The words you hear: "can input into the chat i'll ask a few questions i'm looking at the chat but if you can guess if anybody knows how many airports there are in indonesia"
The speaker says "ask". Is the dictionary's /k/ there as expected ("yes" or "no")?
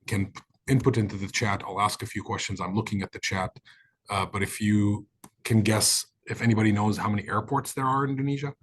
yes